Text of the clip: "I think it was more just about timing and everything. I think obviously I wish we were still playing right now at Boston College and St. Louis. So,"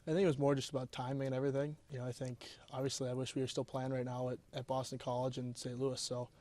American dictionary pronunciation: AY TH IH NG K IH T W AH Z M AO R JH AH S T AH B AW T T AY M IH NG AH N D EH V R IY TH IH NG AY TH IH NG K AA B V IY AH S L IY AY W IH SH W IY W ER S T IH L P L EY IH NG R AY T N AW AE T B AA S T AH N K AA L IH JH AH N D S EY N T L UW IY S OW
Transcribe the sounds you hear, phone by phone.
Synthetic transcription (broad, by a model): AY TH IH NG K IH T W AH Z M AO R JH AH S T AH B AW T T AY M IH NG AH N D EH V R IY TH IH NG AY TH IH NG K AA B V IY AH S L IY AY W IH SH W IY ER S T IH L P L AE IH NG R AY T N AW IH T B AA S T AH N K AA L IH JH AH N S EY N T L UW IY S OW